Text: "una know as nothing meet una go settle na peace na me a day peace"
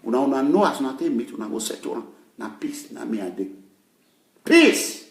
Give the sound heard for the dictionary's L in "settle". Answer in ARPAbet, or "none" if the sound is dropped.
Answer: N